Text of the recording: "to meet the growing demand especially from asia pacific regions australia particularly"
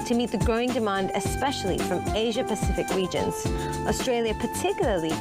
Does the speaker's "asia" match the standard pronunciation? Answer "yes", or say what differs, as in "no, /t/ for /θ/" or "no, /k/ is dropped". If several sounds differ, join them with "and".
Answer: yes